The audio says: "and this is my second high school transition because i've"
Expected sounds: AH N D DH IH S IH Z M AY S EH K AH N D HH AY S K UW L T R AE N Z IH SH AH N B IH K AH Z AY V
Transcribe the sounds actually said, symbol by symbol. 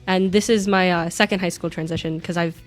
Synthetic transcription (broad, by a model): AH N DH IH S IH Z M AY S EH K AH N D HH AY S K UW L T R AE N Z IH SH AH N K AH Z AY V